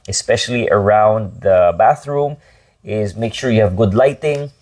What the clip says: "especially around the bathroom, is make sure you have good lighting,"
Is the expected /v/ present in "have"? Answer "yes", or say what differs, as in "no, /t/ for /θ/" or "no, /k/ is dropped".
yes